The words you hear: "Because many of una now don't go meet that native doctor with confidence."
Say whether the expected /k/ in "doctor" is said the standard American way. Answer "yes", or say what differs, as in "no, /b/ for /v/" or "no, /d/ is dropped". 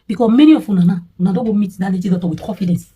no, /k/ is dropped